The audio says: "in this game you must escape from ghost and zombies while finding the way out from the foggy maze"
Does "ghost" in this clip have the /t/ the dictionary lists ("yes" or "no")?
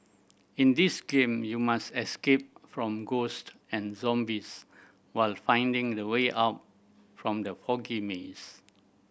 yes